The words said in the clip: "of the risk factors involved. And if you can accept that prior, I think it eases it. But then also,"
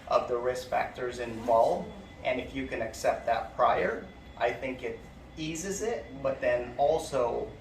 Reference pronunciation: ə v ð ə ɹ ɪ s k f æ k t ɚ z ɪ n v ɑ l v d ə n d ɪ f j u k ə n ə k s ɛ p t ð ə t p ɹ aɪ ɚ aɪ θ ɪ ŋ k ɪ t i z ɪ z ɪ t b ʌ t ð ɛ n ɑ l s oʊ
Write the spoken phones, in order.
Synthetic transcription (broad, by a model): ə v ð ə ɹ ɪ s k f æ k t ɚ z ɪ n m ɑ l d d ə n ɪ f j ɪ k ə n ə k s ɛ p t ð ə t p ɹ aɪ ɚ aɪ θ ɪ ŋ k ɪ t i z ɪ z ɪ t b ʌ t ð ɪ n ɑ l s oʊ